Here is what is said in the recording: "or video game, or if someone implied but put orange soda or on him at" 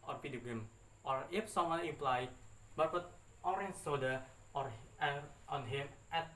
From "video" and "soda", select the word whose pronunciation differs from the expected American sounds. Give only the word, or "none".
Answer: video